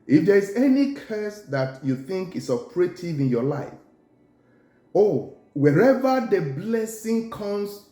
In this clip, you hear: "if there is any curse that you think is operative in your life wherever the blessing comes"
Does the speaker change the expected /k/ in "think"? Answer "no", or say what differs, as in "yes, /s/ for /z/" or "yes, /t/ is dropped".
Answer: no